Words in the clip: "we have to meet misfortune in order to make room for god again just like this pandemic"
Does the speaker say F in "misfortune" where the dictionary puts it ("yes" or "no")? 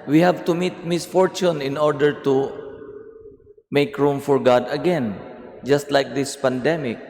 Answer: yes